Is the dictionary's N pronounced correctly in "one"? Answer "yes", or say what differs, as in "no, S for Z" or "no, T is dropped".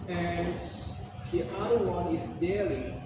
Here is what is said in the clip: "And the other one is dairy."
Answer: yes